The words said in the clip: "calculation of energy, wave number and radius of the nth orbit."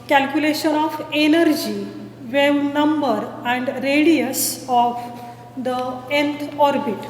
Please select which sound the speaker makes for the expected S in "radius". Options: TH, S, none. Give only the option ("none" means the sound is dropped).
S